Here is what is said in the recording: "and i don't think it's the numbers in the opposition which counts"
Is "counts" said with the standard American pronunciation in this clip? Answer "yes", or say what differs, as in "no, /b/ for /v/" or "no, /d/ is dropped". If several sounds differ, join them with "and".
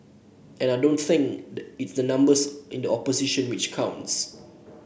yes